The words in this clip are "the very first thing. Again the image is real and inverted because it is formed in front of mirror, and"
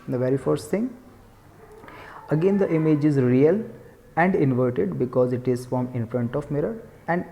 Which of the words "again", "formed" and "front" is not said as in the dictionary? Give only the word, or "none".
formed